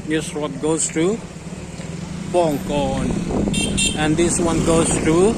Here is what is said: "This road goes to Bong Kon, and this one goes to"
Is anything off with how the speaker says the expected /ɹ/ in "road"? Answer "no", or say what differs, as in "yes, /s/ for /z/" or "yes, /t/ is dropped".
yes, /w/ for /ɹ/